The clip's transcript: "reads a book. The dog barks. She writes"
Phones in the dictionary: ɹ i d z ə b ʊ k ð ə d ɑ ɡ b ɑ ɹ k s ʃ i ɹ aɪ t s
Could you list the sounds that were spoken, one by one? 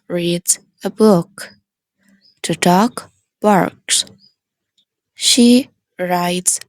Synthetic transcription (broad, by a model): ɹ i d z ə b ʊ k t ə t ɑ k b ɑ ɹ k s ʃ i ɹ aɪ t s